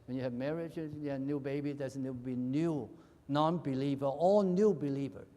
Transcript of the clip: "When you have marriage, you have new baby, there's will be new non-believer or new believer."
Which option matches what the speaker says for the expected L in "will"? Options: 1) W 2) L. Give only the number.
1